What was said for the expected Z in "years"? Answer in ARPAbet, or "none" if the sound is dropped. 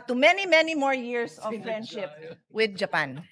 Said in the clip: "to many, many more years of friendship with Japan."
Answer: S